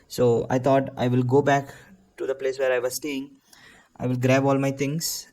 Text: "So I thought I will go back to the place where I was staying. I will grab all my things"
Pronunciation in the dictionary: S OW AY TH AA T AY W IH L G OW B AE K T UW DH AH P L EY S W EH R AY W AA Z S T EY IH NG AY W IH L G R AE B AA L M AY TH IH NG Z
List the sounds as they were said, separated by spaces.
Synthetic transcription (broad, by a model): S OW AY T AA T AY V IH L G OW B AE K T UW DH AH P L EY S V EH R AY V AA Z S T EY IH NG AY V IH L G R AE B AA L M AY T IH NG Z